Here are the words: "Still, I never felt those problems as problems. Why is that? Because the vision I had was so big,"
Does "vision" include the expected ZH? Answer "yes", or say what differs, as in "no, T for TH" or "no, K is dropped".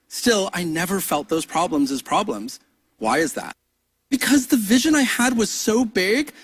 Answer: yes